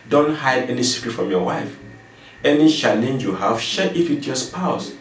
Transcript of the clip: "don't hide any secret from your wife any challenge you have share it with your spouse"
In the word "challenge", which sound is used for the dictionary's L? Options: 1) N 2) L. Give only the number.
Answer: 1